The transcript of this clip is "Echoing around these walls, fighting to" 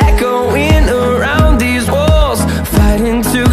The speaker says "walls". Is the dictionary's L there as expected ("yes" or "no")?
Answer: yes